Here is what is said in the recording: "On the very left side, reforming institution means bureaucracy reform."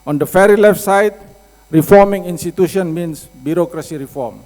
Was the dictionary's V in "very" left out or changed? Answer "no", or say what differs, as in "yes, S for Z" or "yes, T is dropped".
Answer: yes, F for V